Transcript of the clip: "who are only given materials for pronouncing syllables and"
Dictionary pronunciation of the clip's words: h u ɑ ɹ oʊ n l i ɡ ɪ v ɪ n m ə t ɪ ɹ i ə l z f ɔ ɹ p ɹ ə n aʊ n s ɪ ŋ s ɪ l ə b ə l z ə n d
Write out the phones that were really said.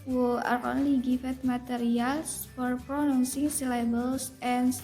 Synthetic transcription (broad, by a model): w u ɑ ɹ oʊ n l i ɡ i f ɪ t m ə t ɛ ɹ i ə l s f ɔ ɹ p ɹ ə n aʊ n s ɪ ŋ s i l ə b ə l s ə n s